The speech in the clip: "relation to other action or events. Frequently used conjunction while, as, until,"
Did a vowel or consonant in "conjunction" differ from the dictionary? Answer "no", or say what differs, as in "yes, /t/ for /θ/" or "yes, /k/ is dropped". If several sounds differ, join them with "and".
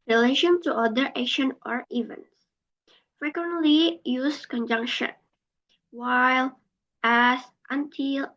no